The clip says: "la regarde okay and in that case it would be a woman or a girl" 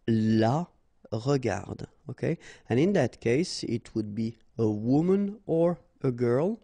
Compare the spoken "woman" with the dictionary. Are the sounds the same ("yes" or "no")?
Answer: yes